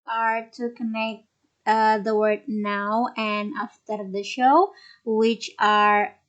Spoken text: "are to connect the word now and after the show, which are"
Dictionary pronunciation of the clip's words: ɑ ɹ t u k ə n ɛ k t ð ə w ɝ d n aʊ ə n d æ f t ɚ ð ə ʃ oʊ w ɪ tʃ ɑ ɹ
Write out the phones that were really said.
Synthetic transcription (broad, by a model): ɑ ɹ t u k ə n ɛ k t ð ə w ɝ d n aʊ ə n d æ f t ɚ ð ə ʃ oʊ w ɪ tʃ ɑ ɹ